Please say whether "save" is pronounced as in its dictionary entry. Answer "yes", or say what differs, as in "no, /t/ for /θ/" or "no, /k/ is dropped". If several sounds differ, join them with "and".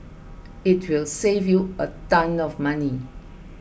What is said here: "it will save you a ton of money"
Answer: yes